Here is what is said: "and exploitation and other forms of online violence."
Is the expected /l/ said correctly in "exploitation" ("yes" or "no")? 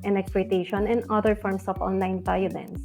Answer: no